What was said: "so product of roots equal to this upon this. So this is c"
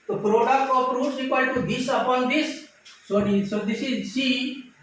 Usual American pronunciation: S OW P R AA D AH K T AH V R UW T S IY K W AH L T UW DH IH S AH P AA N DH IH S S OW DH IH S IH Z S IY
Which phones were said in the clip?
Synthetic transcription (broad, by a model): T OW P R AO D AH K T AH P R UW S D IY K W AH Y T UW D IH S AH P AA N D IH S S OW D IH S IH Z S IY